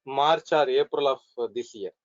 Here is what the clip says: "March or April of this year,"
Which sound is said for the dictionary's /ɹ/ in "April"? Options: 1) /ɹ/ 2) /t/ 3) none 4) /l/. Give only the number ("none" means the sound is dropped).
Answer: 1